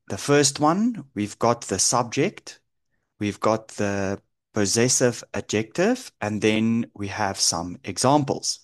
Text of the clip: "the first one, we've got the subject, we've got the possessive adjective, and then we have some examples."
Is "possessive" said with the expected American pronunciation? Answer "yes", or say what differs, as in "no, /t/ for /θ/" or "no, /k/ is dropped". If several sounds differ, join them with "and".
yes